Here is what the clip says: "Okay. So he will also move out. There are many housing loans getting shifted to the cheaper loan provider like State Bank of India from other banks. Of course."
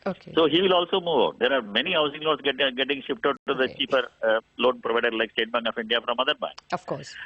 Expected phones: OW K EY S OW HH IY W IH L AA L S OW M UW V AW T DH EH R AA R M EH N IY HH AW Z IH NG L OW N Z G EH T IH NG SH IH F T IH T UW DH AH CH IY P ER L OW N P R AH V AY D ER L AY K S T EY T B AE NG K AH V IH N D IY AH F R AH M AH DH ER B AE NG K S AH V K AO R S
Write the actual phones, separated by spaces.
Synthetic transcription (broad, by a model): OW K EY S OW HH IY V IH L AA L S OW M UW V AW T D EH R AA R M EH N IY HH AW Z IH NG L OW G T G EH T IH NG SH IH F T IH T UW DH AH CH IY F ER L OW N P R AH V AY D ER L AY K S T EY T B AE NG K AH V IH N D IY AH F R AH M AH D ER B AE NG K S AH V K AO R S